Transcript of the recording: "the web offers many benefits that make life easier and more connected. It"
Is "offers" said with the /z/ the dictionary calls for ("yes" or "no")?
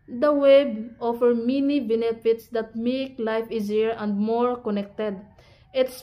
no